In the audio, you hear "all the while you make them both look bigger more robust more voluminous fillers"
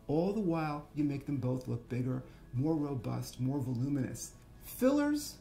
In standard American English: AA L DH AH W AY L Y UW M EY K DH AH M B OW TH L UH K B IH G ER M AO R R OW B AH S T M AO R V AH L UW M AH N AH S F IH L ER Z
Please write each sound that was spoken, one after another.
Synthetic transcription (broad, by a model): AA L DH AH W AY L Y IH M EY K DH AH M B OW TH L UH K B IH G ER M AO R R OW B AH S T M AO R V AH L UW M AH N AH S F IH L ER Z